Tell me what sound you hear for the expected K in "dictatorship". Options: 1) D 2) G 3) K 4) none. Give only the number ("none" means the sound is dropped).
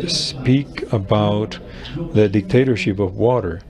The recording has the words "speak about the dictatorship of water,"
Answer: 3